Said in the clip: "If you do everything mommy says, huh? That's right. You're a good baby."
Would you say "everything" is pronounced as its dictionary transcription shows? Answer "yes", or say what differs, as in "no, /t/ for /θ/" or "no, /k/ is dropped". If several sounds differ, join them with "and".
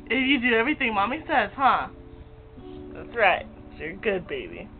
yes